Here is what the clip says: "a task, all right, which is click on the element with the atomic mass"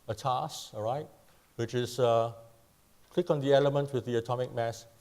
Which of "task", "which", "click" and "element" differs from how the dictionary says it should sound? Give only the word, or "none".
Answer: task